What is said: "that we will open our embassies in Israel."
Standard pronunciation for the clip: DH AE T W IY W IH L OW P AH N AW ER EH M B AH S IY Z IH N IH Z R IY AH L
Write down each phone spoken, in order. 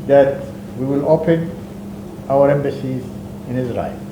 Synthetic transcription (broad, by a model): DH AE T W IY W IH L OW P AH N AW ER EH M B AH S IY Z IH N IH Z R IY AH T